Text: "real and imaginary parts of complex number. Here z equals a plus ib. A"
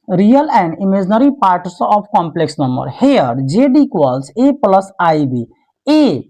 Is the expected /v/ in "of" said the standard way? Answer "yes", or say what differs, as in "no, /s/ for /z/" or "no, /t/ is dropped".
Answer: no, /p/ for /v/